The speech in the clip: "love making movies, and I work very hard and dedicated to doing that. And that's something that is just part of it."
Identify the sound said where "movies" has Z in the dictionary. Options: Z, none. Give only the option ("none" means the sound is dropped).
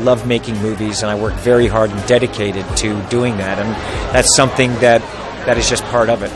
Z